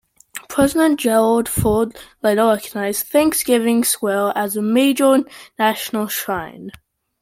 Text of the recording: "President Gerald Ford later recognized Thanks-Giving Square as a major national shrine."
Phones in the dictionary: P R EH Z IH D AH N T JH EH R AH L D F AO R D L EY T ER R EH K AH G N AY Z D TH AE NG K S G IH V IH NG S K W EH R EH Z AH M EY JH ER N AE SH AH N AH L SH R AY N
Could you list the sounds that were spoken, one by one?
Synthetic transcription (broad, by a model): P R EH Z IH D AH N JH EH R AH L D F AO D L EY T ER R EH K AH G N AY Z TH AE NG K S G IH V IH NG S W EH L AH Z AH M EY JH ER N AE SH AH N AH L SH R AY N